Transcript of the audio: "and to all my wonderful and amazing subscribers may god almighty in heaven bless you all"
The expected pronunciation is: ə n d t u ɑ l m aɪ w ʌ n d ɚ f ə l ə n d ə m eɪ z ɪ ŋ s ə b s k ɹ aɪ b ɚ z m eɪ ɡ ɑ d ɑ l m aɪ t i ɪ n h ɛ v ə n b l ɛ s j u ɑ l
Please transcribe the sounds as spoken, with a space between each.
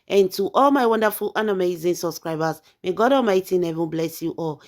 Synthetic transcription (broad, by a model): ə n t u ɑ l m aɪ w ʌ n d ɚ f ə l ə n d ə m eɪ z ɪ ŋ s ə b s k ɹ aɪ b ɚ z m eɪ ɡ ɑ d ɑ m aɪ t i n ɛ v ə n b l ɛ s j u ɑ l